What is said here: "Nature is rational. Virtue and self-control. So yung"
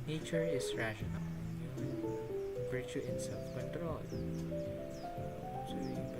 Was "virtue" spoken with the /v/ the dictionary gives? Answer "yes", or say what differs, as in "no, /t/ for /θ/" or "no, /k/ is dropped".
no, /b/ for /v/